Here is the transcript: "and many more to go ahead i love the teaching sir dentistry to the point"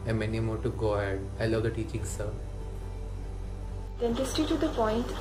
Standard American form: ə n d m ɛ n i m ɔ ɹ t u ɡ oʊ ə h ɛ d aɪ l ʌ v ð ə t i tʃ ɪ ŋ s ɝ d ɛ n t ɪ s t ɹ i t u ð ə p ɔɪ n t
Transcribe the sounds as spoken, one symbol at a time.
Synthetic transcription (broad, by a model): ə m ɛ n i m ɔ ɹ t u ɡ oʊ ə h ɛ d aɪ l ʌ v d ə t i tʃ ɪ ŋ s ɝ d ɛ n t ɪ s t i t u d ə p ɔɪ n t